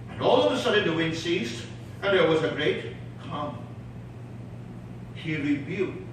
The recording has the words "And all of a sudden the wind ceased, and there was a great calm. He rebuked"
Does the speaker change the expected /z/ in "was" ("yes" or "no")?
no